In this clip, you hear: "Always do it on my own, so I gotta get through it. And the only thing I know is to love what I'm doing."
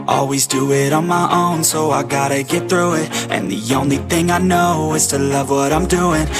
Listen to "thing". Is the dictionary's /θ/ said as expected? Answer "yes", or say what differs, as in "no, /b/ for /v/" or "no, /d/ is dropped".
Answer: yes